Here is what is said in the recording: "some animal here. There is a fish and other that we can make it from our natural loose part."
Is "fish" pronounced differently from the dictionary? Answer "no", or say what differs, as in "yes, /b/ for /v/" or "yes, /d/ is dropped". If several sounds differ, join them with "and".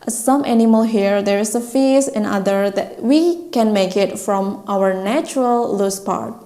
yes, /s/ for /ʃ/